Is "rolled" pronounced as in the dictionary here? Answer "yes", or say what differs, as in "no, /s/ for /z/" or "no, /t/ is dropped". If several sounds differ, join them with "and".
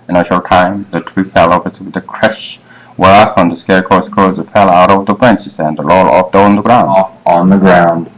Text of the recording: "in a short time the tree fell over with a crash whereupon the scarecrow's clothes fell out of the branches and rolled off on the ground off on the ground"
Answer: no, /l/ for /ɹ/ and /d/ is dropped